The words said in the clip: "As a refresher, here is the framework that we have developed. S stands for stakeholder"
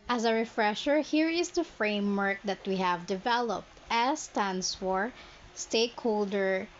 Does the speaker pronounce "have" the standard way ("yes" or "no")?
yes